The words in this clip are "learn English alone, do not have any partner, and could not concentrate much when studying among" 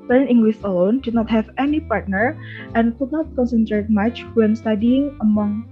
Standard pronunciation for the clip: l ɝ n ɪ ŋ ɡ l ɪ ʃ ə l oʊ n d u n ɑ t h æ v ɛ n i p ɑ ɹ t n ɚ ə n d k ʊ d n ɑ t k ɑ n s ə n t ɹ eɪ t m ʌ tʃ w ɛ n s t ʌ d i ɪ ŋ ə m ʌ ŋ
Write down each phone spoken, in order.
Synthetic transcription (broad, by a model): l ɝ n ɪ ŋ ɡ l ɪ s ə l oʊ n d u n ɑ t h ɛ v ɛ n i p ɑ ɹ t n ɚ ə n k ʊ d n ɑ t k ɑ n s ə n t ɹ eɪ t m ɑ tʃ w ɛ n s t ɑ d i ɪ ŋ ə m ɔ ŋ